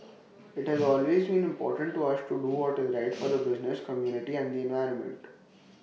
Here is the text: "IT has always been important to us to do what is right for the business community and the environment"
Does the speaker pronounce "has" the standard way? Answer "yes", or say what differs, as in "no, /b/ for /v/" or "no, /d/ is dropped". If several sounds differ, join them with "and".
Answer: yes